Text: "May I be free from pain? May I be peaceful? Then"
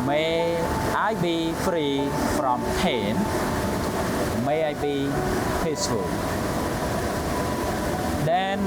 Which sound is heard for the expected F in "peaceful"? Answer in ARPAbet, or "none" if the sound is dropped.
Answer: none